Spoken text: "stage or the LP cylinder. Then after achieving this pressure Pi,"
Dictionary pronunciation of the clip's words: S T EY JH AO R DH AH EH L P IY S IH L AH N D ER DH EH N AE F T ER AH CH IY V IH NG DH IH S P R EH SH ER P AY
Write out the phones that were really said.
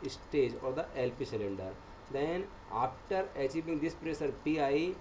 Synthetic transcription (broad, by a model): S T EY JH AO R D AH EH L P IY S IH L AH N D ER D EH N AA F T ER AH CH IY V IH NG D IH S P R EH S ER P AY